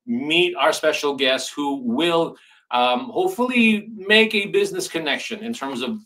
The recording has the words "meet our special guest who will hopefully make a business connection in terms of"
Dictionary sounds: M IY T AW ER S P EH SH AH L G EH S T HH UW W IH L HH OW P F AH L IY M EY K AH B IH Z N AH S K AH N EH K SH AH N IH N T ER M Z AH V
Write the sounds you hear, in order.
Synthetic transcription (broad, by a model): M IY T AW ER S P EH SH L G EH S T HH UW W IH L HH OW P F L IY M EY K AH B IH Z N AH S K AH N EH K SH AH N IH N T ER M Z AH V